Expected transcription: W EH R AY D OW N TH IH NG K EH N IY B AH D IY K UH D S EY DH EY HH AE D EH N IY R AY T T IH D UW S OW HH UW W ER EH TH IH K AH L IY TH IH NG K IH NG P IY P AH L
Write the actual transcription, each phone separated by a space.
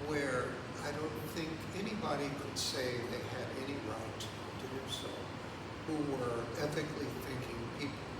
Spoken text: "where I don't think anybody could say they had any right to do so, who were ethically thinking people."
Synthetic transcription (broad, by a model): W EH R AY D OW N TH IH NG K EH N IY B AH D IY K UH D S EY DH EY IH D EH N IY R AY T T IH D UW S OW HH UW W ER EH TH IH K L IY TH IH NG K IH NG P IY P